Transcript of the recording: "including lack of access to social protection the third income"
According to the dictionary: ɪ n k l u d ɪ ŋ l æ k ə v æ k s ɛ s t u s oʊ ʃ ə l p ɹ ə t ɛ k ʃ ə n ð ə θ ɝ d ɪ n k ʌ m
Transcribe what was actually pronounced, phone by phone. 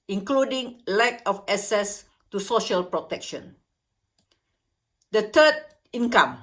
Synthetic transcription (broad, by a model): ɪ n k l u d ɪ ŋ l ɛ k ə f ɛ s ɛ s t u s oʊ ʃ ə l p ɹ ə t ɛ k ʃ ə n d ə t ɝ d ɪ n k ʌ m